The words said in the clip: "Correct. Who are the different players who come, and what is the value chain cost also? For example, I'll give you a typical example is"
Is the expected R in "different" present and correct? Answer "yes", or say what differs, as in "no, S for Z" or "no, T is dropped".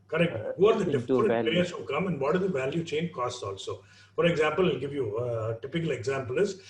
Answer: no, R is dropped